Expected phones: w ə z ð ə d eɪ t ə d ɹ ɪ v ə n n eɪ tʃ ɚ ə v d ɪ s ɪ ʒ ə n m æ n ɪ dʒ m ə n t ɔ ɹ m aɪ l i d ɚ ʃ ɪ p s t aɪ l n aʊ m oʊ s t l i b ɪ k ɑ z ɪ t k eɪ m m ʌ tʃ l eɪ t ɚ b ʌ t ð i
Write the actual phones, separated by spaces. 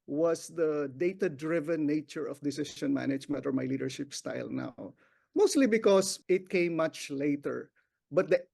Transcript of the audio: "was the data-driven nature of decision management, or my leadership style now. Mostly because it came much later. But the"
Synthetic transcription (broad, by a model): w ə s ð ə d eɪ t ə d ɹ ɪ v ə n n eɪ tʃ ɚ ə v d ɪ s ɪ ʃ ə n m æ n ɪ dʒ m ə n t ɔ ɹ m aɪ l i d ɚ ʃ ɪ p s t aɪ l n aʊ m oʊ s t l i b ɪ k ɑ s ɪ t k eɪ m m ʌ tʃ l eɪ t ɚ b ʌ t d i